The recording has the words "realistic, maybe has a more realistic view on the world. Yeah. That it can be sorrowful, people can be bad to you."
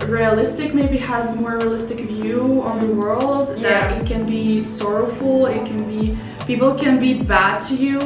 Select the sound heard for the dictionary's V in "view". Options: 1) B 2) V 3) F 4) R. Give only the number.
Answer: 2